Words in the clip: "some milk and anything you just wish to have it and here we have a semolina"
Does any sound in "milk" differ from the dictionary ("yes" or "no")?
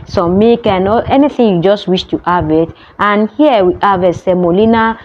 yes